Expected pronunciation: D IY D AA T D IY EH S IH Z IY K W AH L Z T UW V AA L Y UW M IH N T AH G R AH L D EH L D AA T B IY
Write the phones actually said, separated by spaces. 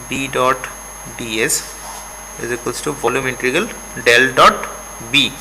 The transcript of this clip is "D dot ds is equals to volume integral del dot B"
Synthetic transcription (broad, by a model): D IY D AA T D IY EH S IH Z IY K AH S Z T UW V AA L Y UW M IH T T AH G AH L D EH L D AA T B IY